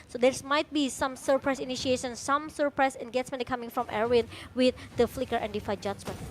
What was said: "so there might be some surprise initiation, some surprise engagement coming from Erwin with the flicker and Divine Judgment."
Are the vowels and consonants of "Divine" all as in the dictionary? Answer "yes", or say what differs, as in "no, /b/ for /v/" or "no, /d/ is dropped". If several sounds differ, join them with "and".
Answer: no, /f/ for /v/